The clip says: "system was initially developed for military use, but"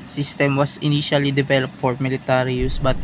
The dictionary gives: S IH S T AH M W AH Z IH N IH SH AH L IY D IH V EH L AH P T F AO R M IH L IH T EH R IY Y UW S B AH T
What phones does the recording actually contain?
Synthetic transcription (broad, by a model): S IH S T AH M W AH S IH N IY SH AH L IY D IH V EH L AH P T F AO R M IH L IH T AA R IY Y UW S B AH T